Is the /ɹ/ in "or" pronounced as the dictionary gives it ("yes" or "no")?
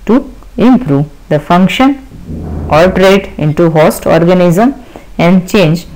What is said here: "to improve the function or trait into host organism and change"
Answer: no